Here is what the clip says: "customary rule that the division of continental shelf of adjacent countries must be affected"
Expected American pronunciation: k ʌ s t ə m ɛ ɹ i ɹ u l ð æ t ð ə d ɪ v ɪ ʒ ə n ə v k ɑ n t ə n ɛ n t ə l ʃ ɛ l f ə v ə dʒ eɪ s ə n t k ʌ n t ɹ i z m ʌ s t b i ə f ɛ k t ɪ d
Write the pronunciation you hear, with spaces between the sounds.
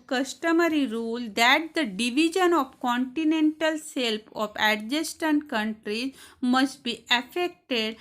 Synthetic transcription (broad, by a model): k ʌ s t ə m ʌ ɹ i ɹ u l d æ t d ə d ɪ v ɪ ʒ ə n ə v k ɑ n t ə n ɛ n t ə l s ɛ l p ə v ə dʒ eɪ s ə n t k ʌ n t ɹ i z m ʌ s t b i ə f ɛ k t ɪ d